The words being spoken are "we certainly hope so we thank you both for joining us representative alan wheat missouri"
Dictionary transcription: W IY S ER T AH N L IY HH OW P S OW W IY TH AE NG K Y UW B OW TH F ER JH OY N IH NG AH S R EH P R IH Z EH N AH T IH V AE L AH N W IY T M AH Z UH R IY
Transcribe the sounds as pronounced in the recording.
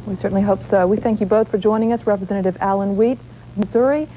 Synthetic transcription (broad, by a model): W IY S ER T N L IY HH OW P S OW W IY TH AE NG K Y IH B OW TH F ER JH OY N IH NG AH S R EH P R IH Z EH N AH T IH V AE L AH N W IY T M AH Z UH R IY